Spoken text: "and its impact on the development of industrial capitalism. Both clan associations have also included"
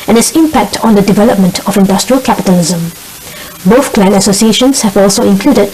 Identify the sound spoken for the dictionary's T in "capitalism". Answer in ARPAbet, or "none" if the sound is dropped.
T